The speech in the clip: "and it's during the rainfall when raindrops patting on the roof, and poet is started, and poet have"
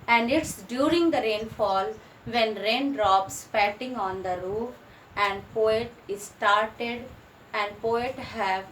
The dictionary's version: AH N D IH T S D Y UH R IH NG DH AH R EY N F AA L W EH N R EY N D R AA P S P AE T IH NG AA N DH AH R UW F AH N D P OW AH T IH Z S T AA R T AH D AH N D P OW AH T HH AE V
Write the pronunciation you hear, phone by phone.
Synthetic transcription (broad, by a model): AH N D IH T S D Y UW R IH NG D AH R EY N F AA L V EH N R EY N D R AA P S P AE T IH NG AA N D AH R UW F AH N D P OW AH T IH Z S T AA R T AH D AH N D P OW AH T HH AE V